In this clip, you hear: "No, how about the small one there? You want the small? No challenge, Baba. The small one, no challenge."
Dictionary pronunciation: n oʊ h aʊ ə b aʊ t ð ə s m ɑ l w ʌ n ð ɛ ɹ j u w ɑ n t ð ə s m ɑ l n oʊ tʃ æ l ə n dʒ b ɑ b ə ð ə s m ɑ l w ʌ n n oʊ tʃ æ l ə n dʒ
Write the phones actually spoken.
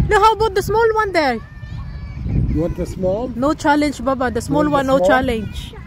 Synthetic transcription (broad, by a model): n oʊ h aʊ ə b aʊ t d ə s m ɑ l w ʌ n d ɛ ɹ j u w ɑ t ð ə s m ɑ l n oʊ tʃ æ l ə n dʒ b ɑ b ə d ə s m ɑ l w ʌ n n oʊ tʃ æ l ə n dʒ